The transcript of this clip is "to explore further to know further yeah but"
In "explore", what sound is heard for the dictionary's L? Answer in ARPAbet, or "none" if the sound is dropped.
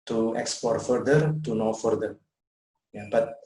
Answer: none